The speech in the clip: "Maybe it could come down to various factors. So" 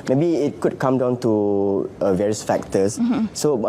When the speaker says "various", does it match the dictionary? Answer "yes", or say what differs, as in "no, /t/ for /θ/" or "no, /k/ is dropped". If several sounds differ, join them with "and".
yes